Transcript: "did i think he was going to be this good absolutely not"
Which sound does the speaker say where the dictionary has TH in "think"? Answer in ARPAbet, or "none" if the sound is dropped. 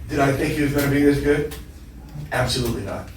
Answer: TH